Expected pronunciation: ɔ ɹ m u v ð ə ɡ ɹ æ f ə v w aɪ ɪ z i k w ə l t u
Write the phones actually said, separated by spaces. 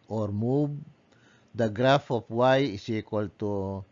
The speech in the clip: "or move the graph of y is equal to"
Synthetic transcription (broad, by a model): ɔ ɹ m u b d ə ɡ ɹ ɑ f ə p w aɪ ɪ s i k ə l t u